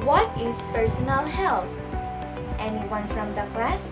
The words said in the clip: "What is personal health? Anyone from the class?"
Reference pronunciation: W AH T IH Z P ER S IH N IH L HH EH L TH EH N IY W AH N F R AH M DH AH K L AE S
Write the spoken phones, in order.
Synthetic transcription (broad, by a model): W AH T IH Z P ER S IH N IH N HH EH L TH EH N IY W AH N F R AH M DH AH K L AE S